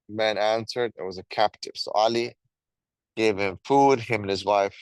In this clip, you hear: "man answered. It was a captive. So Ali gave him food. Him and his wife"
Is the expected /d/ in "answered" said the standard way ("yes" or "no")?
yes